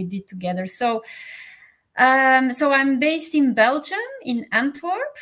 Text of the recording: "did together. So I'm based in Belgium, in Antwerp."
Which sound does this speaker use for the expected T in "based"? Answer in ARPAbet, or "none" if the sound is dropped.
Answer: T